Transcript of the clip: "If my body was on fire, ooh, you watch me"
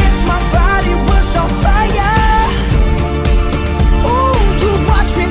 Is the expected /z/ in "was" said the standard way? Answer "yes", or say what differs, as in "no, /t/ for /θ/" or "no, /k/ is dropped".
no, /s/ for /z/